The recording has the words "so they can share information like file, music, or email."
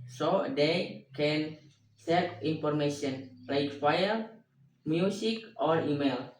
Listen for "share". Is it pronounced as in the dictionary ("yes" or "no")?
no